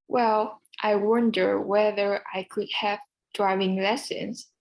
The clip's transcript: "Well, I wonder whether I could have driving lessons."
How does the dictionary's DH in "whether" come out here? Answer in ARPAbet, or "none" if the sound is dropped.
DH